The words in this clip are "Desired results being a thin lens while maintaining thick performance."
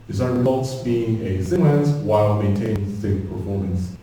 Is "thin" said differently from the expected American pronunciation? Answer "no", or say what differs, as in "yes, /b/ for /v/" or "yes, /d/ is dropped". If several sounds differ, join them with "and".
yes, /s/ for /θ/